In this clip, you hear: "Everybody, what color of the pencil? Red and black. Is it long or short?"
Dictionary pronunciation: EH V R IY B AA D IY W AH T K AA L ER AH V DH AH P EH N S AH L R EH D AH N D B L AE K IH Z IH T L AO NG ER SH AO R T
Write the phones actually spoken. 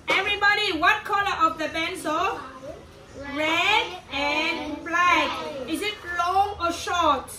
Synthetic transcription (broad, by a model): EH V R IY B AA D IY W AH T K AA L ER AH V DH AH B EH N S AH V R EH D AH N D B L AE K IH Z IH T L AO NG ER SH AO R T